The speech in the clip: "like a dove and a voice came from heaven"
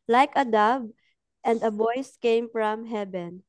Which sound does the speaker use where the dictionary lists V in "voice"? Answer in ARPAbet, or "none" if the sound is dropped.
B